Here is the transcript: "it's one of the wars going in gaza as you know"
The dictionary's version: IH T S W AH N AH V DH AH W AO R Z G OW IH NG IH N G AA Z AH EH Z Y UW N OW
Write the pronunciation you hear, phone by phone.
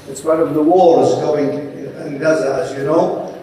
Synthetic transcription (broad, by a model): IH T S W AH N AH V DH AH W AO L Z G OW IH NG IH N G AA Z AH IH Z Y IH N OW